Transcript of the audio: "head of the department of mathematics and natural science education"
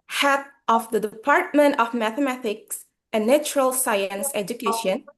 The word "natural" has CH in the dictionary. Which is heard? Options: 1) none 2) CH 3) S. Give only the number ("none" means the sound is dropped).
2